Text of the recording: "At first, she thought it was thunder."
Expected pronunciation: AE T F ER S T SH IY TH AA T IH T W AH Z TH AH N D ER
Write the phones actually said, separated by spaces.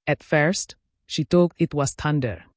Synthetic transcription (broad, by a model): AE T F ER S T SH IY T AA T IH T W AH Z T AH N D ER